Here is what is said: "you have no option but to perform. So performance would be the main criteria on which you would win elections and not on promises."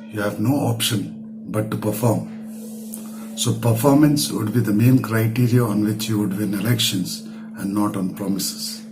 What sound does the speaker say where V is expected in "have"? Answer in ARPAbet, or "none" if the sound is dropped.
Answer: V